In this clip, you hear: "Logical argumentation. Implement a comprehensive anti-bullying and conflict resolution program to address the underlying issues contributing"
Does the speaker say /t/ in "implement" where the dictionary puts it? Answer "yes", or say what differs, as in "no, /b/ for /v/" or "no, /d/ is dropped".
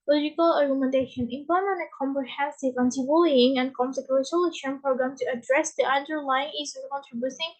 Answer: no, /t/ is dropped